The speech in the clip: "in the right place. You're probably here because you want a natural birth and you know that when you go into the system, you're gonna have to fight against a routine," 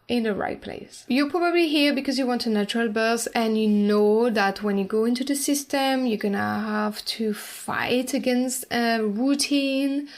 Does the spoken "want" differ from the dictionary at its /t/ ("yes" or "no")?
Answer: no